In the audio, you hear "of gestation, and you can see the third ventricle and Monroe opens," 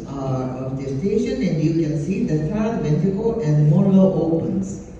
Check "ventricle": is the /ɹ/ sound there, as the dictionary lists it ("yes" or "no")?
no